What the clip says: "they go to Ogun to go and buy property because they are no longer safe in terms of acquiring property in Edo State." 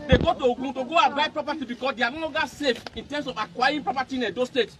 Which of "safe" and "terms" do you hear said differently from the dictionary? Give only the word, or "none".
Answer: terms